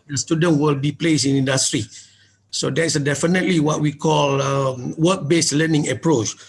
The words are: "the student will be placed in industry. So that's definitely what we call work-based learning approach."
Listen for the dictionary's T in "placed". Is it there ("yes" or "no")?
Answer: no